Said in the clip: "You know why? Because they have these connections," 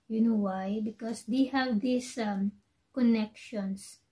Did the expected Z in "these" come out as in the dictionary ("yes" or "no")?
no